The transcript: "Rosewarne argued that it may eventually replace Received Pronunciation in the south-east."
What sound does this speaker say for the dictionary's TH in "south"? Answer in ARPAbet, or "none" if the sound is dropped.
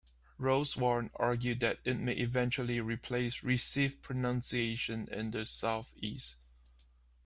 TH